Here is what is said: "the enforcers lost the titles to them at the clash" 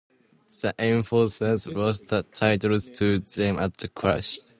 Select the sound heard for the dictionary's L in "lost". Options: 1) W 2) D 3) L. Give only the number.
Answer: 1